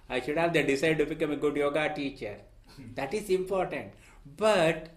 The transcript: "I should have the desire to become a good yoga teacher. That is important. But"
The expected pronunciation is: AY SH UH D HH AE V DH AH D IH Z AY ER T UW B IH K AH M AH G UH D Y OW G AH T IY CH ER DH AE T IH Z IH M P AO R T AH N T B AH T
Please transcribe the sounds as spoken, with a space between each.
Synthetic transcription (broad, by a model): AY SH UH D HH AE V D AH D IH S AY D T UW B IH K AH M AH G UH D Y OW G AH T IY CH ER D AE T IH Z IH M P AO R T AH N T B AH T